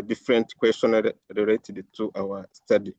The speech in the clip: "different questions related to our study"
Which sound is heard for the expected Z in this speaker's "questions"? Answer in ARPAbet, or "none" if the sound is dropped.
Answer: none